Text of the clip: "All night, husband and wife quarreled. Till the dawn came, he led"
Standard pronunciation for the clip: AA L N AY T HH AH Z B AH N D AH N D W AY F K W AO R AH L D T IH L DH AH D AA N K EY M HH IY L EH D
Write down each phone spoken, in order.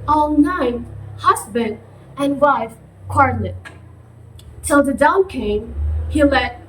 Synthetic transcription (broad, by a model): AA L N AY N HH AH Z B AH N D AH N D W AY F K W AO R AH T T IH L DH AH D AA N K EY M HH IY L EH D